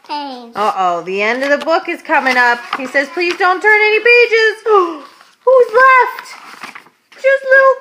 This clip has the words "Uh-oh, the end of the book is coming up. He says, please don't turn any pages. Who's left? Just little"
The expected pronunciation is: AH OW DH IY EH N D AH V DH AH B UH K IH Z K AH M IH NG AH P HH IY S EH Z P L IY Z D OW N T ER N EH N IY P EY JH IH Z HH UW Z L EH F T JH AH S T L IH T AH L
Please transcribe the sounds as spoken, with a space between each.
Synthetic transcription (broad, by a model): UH OW DH IY EH N D AH V DH AH B UH K IH Z K AH M IH NG AH P HH IY S EH Z P L IY Z D OW N T ER N EH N IY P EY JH IH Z HH UW Z L EH F T JH AH S T L IH T L